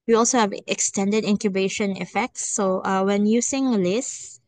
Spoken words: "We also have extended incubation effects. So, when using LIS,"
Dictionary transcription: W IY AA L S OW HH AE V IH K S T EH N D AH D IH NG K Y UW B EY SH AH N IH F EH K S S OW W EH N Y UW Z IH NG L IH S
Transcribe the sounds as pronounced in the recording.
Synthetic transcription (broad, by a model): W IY AA L S OW HH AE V IH K S T EH N D AH D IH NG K Y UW B EY SH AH N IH F EH K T S OW W EH N Y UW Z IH NG L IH S